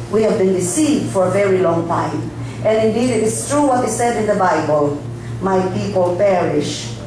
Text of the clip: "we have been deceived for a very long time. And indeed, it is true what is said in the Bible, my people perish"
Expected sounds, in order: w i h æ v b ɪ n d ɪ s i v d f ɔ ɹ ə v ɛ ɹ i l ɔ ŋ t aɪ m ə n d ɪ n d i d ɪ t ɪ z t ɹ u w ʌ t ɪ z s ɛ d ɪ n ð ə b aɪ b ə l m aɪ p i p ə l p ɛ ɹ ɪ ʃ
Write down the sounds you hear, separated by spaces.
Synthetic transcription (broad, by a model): w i h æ v b ɪ n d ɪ s i v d f ɔ ɹ ə v ɛ ɹ i l ɔ ŋ t aɪ m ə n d ɪ n d i d ɪ t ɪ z t ɹ u w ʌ t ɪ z s ɛ d ɪ n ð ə b aɪ b ə l m aɪ p i p ə l p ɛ ɹ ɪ ʃ